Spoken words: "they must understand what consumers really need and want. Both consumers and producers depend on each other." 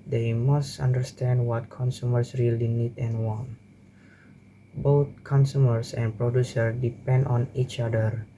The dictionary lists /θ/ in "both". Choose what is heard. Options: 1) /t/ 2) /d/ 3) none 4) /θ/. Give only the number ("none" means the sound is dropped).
1